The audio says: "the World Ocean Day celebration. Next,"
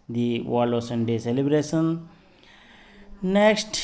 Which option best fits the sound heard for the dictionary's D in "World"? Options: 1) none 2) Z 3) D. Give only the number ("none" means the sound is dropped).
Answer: 1